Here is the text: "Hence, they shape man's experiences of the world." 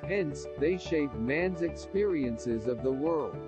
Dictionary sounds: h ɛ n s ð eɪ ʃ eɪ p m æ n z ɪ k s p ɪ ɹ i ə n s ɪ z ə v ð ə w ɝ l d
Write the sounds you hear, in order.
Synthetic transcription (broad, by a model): h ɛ n s ð eɪ ʃ eɪ p m æ n z ɪ k s p ɪ ɹ i ə n s ɪ z ə v ð ə w ɝ l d